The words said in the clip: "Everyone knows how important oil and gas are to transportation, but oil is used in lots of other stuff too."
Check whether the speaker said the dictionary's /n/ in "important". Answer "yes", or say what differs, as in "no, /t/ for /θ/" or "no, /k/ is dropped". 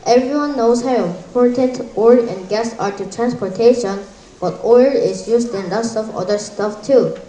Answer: no, /n/ is dropped